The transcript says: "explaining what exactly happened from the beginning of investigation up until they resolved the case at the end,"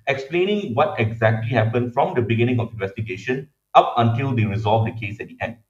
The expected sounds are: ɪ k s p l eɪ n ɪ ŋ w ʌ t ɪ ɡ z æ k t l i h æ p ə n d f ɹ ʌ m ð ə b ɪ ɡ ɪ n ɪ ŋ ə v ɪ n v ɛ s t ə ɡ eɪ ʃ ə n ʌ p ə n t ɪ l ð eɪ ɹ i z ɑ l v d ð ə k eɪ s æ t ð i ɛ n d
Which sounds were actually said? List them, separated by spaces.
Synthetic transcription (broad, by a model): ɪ k s p l eɪ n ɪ ŋ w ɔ t ɪ ɡ z æ k t l i h æ p ə n d f ɹ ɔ m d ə b ɪ ɡ ɪ n ɪ ŋ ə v ɪ n v ɛ s t ə ɡ eɪ ʃ ə n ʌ p ə n t ɪ l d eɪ ɹ i z ɑ l v d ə k eɪ s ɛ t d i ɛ n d